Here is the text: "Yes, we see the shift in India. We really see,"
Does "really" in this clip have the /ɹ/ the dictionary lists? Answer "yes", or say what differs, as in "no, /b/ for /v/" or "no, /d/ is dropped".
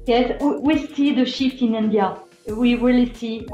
no, /w/ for /ɹ/